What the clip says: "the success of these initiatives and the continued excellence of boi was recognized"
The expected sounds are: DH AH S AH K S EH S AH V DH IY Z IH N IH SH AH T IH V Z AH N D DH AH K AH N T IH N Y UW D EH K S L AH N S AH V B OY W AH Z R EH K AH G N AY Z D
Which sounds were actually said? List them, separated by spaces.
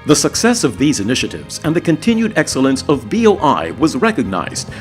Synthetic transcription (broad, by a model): DH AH S AH K S EH S AH V DH IY Z IH N IH SH AH T IH V Z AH N DH AH K AH N T IH N Y UW D EH K S L AH N S AH V B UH W AH Z R EH K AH G N AY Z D